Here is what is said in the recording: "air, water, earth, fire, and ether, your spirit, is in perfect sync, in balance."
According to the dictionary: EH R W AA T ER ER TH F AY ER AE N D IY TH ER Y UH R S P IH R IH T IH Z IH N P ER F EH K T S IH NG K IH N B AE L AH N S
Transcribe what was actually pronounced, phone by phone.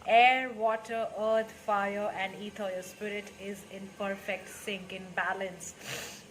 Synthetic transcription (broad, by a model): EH R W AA T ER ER T F AY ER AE N D IY T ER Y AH S P IH R IH T IH Z IH N P ER F EH K T S IH NG K IH N B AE L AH N S